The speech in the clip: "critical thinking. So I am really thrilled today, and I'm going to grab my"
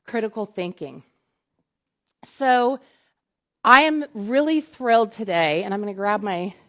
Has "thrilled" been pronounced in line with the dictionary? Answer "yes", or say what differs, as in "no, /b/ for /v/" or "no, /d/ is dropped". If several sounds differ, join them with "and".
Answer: yes